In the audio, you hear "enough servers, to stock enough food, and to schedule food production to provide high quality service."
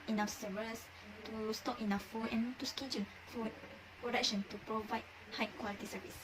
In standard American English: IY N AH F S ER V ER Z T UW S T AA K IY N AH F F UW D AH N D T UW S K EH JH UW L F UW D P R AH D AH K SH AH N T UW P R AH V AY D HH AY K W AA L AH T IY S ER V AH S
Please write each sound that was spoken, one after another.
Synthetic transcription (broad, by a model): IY N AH S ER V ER S T UW S T AA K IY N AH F F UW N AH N T UW S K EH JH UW N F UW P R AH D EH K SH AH N T UW P R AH V AY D HH AY K W AA L AH T IY S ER V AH S